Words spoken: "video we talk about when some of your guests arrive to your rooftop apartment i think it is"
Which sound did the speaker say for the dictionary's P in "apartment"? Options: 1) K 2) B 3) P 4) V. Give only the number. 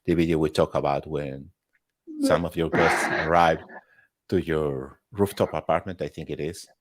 3